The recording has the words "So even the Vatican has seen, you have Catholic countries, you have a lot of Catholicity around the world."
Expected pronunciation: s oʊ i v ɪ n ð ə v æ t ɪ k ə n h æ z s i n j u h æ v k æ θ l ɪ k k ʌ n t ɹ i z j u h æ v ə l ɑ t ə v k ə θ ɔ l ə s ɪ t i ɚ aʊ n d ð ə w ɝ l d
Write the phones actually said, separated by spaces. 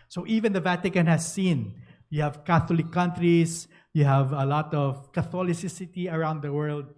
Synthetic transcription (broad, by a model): s oʊ i v ɪ n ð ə v æ t ɪ k ə n h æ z s i n j u h æ v k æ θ l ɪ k k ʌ n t ɹ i s j u h æ v ə l ɑ t ə v k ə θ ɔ l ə s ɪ t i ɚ aʊ n d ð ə w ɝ l d